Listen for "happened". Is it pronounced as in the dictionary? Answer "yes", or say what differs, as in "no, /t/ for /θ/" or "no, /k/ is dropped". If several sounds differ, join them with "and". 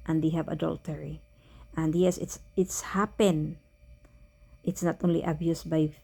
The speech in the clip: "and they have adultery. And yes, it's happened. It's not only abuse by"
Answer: no, /d/ is dropped